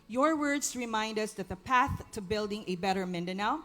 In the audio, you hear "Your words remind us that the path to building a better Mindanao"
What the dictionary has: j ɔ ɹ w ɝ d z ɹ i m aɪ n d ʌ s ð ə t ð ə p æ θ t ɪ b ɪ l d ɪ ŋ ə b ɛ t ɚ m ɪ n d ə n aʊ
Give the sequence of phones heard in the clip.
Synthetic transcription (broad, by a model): j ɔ ɹ w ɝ d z ɹ i m aɪ n d ʌ s ð ə t ð ə p æ θ t ɪ b ɪ l d ɪ ŋ ə b ɛ t ɚ m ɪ n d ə n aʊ